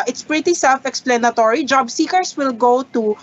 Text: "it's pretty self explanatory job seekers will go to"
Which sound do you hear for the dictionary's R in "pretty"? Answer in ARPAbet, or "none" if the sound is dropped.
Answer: R